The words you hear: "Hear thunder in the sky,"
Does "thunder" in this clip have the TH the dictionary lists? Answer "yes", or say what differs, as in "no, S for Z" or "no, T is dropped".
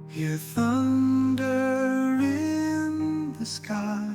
yes